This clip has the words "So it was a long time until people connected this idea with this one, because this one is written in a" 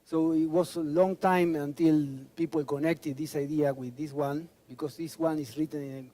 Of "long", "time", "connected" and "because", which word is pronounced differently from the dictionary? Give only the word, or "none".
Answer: because